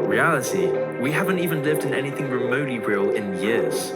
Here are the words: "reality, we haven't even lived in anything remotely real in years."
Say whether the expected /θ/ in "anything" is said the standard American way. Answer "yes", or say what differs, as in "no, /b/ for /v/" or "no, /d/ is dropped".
yes